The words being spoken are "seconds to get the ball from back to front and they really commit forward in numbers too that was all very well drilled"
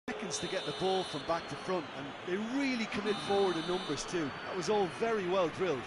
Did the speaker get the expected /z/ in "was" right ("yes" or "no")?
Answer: yes